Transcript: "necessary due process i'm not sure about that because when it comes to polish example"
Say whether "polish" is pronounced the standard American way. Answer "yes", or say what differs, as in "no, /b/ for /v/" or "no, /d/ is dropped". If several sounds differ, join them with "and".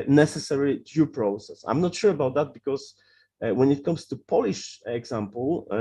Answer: yes